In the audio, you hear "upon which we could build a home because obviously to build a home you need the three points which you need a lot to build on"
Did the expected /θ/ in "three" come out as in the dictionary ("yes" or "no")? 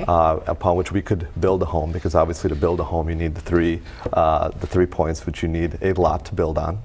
yes